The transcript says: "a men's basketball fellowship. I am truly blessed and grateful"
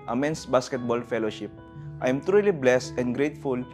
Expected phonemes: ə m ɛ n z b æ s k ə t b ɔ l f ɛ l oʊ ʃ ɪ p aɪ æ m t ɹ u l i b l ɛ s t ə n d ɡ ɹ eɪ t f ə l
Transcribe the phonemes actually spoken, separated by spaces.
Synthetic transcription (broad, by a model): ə m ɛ n s b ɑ s k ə t b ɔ l f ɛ l oʊ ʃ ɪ p aɪ m t ɹ u l i b l ɛ s t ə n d ɡ ɹ eɪ t f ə l